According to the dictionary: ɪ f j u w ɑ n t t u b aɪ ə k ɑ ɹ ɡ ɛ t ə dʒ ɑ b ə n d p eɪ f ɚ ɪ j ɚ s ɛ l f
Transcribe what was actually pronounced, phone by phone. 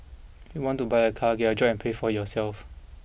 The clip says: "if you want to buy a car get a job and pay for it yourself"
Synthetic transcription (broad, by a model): j u w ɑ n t t u b aɪ ə k ɑ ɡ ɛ ə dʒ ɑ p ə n p eɪ f ɪ j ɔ s ɛ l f